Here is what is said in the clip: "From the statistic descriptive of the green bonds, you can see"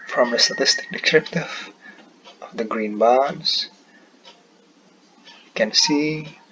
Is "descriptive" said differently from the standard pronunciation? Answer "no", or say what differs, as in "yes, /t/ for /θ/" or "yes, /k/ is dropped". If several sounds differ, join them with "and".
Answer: yes, /s/ is dropped